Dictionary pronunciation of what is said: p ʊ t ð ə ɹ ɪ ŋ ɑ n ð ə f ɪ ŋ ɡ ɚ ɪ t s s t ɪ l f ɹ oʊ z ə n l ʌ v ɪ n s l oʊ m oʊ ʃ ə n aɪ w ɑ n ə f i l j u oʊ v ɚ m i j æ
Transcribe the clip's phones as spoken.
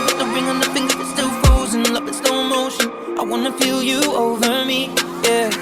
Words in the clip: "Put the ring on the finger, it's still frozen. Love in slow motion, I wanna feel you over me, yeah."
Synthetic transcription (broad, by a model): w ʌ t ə ɹ ɪ ŋ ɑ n ð ə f ɪ ŋ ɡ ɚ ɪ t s s t ɪ l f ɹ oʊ z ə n l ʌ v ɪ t s n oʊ m oʊ ʃ ə n aɪ w ɑ n ə p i l j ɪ oʊ v ɚ m i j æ